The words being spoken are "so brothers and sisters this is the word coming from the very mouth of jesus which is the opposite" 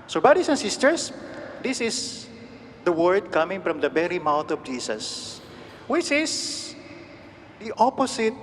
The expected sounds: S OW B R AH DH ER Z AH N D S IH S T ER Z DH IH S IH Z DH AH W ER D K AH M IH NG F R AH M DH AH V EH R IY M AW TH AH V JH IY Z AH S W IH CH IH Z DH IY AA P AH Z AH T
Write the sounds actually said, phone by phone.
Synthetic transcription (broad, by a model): S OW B R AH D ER S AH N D S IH S T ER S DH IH S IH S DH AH W ER D K AH M IH NG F R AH M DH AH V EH R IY M AW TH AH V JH IY S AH S W IH CH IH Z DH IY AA P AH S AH T